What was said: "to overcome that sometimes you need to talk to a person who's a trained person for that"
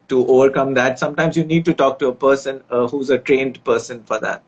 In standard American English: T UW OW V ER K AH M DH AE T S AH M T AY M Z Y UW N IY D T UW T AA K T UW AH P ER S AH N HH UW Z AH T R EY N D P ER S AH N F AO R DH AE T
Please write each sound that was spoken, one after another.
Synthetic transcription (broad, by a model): T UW OW V ER K AH M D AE T S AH M T AY M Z Y UW N IY D T UW T AA K T UW AH P ER S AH N HH UW Z AH T R EY N D P ER S AH N F AO R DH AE T